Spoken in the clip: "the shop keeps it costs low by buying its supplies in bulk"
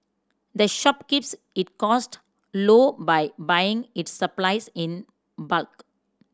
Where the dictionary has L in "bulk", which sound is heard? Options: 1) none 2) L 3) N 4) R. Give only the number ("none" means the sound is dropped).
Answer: 2